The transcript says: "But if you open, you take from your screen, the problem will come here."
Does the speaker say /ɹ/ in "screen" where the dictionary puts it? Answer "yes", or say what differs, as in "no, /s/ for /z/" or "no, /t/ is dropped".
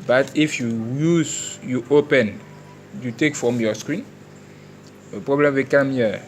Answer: yes